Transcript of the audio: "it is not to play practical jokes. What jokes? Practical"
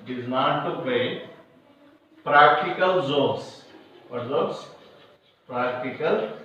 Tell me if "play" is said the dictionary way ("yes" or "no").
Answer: no